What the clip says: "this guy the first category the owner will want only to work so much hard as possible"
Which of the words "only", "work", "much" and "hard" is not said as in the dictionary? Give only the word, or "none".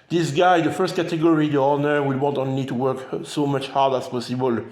only